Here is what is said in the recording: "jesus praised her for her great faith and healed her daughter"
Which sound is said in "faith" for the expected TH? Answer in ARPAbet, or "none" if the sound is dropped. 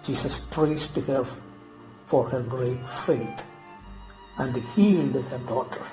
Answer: T